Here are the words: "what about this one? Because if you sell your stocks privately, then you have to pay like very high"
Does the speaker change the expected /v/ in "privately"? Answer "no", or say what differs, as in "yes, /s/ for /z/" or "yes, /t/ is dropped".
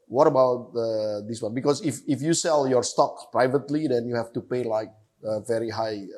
no